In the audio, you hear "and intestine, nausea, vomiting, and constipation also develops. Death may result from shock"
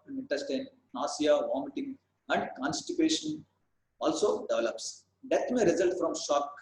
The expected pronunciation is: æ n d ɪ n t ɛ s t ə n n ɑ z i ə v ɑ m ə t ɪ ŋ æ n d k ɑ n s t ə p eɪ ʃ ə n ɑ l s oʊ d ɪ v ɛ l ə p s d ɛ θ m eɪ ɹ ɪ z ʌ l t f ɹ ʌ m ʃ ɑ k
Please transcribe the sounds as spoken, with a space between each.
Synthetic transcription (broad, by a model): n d ɪ n t ɛ s t ə n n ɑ s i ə v ɑ m ə t ɪ ŋ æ n d k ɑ n s t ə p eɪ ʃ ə n ɑ l s oʊ d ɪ v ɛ l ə p s d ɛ t m eɪ ɹ ɪ z ʌ l t f ɹ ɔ m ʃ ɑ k